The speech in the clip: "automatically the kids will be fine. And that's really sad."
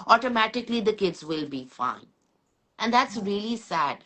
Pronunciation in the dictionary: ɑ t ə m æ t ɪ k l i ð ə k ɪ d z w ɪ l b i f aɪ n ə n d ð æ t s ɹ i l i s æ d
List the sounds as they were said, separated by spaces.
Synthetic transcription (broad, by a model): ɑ t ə m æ t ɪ k l i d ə k ɪ d z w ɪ l b i f aɪ n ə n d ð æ t s ɹ i l i s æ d